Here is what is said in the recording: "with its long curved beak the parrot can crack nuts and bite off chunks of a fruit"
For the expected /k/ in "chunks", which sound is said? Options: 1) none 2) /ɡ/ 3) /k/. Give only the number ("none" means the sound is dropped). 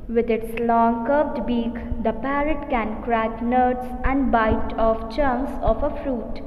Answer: 1